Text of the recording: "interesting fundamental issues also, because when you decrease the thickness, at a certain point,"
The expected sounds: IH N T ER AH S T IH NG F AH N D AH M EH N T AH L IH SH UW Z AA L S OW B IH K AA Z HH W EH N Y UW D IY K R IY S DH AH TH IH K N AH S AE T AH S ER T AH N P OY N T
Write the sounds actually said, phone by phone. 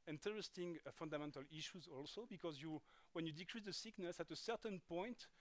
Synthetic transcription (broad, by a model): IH N T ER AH S T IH NG F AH N D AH M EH N T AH L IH SH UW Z AA L S OW B IH K AA Z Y W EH N Y UW D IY K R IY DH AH S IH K N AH S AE T AH S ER T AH N P OY N T